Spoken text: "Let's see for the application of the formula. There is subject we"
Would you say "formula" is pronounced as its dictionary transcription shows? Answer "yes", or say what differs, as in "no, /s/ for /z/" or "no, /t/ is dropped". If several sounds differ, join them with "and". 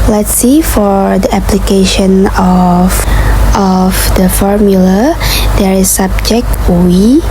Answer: yes